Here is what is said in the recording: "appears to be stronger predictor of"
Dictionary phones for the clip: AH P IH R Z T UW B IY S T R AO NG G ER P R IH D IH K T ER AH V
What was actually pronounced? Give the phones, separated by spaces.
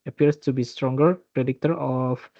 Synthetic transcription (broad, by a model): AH P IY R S T UW B IY S T R AO NG G ER P R IH D IH K T ER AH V